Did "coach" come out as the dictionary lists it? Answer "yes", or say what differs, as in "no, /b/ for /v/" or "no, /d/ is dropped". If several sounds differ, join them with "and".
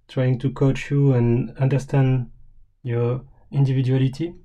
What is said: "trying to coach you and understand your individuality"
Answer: yes